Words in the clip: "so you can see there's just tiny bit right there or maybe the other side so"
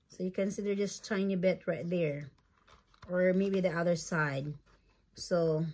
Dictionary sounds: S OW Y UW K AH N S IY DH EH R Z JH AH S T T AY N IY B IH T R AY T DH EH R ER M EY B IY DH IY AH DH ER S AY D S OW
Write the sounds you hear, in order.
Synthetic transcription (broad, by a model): S OW Y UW K AH N S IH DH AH R JH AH S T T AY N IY B IH T R AY T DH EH R ER M EY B IY DH IY AH DH ER S AY D S OW